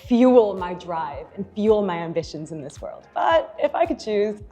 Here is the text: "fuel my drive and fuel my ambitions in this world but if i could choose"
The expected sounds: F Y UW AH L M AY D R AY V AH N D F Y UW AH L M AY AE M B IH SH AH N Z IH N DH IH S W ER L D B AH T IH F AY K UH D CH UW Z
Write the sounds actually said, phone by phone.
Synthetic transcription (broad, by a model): F Y UW L M AY D R AY V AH N F Y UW L M AY AE M B IH SH AH N Z IH N DH IH S W ER L D B AH T IH F AY K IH D CH UW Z